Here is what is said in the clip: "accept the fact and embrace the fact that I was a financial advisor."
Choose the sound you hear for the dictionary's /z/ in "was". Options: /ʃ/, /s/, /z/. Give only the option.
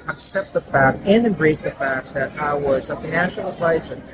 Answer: /z/